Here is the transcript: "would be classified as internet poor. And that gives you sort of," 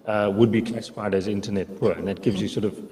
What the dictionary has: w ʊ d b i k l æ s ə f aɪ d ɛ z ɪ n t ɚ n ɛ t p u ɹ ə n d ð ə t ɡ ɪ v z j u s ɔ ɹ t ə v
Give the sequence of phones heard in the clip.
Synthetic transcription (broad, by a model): w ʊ d b i k l æ s ə f aɪ d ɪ z ɪ n t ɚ n ɛ t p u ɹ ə n ð ə t ɡ ɪ v z j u s ɔ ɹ t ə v